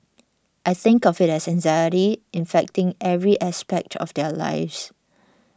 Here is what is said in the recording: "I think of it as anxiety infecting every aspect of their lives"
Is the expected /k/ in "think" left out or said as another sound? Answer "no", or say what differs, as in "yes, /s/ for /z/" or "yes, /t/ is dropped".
no